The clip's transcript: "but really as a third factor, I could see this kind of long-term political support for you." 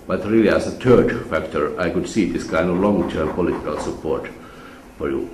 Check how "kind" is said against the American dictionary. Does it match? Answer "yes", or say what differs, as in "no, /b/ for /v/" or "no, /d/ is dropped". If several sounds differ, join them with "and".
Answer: yes